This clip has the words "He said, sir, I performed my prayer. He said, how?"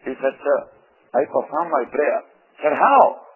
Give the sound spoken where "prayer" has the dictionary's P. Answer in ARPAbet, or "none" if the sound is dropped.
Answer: B